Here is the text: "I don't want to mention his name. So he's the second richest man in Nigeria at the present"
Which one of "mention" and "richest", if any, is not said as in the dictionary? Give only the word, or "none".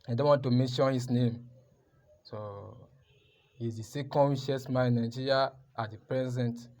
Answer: richest